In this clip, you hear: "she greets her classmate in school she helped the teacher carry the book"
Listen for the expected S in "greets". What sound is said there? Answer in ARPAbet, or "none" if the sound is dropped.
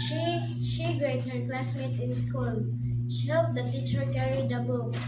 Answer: none